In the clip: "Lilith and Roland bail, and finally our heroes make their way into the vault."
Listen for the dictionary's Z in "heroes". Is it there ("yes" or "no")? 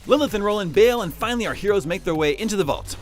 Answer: yes